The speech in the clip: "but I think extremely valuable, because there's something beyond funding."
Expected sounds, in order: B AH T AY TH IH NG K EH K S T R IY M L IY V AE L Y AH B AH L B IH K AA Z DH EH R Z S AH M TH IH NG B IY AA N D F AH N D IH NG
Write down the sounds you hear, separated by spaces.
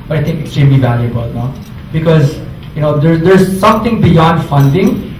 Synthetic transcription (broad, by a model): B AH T AY T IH NG K EH K S T R IY M L IY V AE L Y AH B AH L B IH K AA Z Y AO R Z S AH M T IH NG B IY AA N D F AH N D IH NG